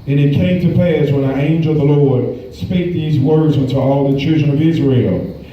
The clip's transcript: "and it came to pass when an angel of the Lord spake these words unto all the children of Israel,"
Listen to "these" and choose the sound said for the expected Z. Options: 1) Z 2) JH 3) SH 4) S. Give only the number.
1